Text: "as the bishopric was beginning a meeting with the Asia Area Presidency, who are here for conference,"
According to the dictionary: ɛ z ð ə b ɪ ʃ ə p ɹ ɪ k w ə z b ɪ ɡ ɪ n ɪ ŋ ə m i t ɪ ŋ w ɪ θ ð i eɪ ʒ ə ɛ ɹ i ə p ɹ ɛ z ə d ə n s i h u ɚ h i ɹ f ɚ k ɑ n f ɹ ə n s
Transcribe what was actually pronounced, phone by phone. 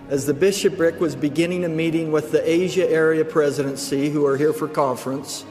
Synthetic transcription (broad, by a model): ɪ z ð ə b ɪ ʃ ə p ɹ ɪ k w ə z b ɪ ɡ ɪ n ɪ ŋ ə m i t ɪ ŋ w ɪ ð i eɪ ʒ ə ɛ ɹ i ə p ɹ ɛ z ə d ə n s i h u ɚ h i ɹ f ɚ k ɑ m f ɹ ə n s